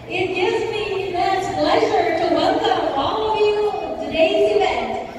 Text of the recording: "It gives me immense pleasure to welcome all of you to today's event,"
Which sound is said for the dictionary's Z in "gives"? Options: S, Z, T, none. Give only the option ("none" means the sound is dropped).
Z